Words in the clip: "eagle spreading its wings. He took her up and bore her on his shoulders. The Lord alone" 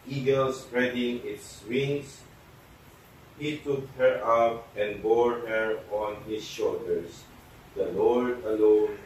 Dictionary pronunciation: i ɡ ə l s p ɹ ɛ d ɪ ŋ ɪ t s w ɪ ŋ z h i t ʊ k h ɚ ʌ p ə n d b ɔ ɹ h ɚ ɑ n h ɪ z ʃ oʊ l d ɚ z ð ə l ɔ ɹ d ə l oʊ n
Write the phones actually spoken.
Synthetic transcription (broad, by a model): i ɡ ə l s p ɹ ɛ d ɪ ŋ ɪ t s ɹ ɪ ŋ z h i t ʊ k h ɚ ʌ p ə n b ɔ ɹ h ɚ ɑ n h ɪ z ʃ oʊ l d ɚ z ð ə l ɔ ɹ d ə l oʊ n